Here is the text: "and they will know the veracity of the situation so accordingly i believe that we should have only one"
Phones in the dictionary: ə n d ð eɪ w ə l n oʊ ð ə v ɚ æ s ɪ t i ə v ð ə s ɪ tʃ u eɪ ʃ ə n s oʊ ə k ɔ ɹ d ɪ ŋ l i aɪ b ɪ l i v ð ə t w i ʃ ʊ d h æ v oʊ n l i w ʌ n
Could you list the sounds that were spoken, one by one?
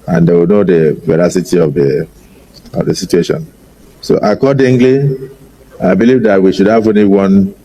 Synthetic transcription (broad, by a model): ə n d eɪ w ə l n oʊ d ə v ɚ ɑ s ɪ t i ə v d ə s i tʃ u eɪ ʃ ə n s oʊ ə k ɔ d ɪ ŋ l i aɪ b ɪ l i v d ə t w i ʃ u d h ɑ v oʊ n i w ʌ n